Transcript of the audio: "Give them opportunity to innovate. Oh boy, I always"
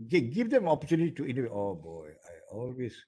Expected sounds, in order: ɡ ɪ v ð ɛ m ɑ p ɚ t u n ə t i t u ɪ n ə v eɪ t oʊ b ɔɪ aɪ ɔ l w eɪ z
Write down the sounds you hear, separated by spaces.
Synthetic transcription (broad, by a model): ɡ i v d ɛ m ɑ p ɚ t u n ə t i t u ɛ n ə w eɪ t oʊ b ɔɪ aɪ ɔ l w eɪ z